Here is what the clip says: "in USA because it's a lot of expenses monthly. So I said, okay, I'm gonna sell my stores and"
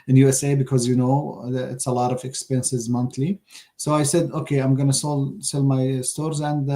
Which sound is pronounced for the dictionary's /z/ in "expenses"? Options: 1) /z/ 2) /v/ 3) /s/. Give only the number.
1